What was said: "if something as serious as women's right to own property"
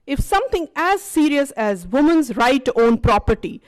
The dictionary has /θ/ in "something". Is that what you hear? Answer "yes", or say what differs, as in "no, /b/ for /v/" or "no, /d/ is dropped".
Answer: no, /t/ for /θ/